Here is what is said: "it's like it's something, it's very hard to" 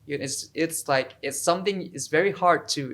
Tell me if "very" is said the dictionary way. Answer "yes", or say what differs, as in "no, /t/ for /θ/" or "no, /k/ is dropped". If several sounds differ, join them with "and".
yes